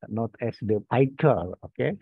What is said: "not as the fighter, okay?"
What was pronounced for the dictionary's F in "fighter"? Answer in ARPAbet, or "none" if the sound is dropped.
P